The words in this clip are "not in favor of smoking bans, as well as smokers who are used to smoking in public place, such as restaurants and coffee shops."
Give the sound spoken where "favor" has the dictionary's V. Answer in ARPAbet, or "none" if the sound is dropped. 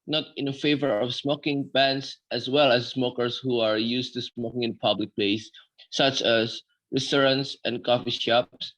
V